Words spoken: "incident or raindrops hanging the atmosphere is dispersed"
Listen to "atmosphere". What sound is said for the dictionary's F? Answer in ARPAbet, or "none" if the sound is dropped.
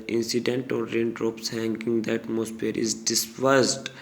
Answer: P